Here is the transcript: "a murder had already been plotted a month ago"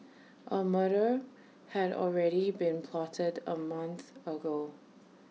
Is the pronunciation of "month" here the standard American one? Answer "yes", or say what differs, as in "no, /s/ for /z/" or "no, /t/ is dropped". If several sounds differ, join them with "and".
yes